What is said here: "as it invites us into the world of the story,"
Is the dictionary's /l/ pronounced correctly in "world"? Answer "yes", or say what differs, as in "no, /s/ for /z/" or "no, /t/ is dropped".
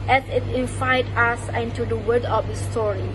no, /l/ is dropped